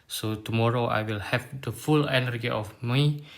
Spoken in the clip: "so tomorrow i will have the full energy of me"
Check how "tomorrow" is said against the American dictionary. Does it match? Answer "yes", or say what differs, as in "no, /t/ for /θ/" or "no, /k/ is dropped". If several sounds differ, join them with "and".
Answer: yes